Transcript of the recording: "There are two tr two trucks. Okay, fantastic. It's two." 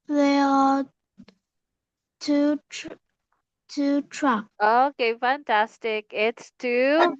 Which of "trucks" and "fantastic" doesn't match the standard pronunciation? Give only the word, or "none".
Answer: trucks